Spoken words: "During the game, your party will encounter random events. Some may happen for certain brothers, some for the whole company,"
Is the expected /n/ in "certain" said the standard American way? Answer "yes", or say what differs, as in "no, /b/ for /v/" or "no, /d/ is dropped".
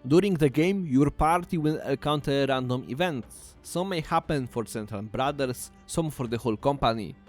no, /l/ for /n/